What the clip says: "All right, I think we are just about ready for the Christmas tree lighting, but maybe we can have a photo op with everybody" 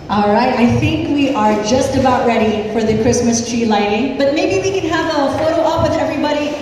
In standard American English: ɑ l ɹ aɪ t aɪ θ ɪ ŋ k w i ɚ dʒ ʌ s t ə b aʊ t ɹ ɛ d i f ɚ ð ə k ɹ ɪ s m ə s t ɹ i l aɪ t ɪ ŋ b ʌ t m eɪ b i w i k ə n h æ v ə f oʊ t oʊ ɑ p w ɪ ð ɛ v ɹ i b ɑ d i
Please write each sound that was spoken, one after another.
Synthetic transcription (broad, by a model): ɑ l ɹ aɪ t aɪ θ ɪ ŋ k w i ɚ dʒ ʌ s t ə b aʊ t ɹ ɛ d i f ɚ ð ə k ɹ ɪ s m ə s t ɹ i l aɪ t ɪ ŋ b ʌ t m eɪ b i w i k ə n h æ v ə f oʊ t oʊ ɑ p w ɪ ð ɛ v ɹ i b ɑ d i